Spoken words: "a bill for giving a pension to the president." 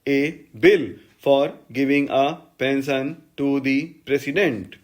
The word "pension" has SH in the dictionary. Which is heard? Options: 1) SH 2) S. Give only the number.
2